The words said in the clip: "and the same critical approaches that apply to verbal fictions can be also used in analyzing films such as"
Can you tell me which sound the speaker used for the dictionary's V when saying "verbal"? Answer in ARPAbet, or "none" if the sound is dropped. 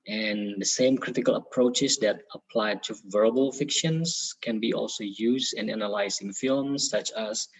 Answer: V